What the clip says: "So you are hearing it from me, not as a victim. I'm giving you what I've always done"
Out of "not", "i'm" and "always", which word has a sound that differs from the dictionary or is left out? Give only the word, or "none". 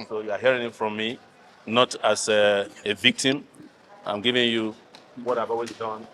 always